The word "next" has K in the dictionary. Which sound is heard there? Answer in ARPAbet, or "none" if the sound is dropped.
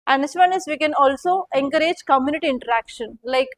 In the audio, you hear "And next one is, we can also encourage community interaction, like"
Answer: none